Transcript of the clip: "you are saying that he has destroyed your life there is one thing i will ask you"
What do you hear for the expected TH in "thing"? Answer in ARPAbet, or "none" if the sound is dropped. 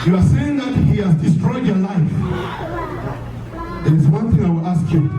TH